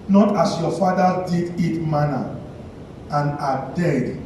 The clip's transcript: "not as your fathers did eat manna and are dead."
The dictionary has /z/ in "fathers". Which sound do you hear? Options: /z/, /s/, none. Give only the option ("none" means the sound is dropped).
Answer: none